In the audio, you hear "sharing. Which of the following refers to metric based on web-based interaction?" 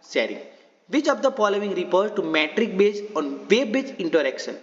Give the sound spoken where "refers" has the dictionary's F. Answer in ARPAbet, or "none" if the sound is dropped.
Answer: P